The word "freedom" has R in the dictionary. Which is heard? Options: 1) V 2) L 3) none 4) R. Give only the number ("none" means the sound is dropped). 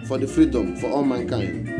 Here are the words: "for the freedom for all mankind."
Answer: 4